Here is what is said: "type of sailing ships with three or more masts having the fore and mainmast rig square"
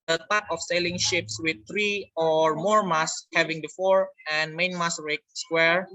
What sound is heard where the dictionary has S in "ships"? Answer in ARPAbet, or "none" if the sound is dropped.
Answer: S